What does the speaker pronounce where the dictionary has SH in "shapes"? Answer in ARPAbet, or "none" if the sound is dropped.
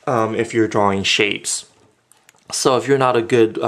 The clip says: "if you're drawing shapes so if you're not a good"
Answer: SH